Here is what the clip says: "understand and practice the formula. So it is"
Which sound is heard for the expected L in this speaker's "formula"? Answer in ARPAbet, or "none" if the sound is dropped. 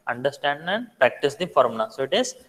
N